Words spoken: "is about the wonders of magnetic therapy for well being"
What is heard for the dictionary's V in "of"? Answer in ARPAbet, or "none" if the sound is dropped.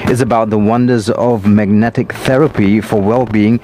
V